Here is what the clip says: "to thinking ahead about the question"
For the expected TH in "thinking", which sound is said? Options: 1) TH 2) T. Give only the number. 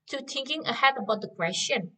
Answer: 2